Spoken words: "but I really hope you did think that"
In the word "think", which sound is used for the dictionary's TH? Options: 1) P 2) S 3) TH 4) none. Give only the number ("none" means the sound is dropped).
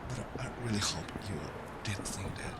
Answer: 2